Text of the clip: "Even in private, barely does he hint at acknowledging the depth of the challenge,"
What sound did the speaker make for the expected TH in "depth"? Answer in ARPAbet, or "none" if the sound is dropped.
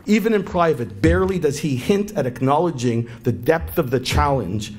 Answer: TH